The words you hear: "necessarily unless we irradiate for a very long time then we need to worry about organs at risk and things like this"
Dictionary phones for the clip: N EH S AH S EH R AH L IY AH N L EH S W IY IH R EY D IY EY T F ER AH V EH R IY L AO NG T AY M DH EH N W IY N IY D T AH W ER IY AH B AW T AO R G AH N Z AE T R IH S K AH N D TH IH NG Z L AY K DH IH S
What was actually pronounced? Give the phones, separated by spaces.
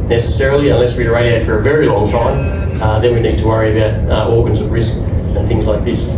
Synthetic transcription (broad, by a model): N EH S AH S EH R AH L IY AH N L EH S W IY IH R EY D IY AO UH F ER AH V EH R IY L AO NG T AY M DH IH N W IY N IY D T AH W ER IY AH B AW T AO R G AH N Z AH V R IH S K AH N TH IH NG Z L AY K DH IH S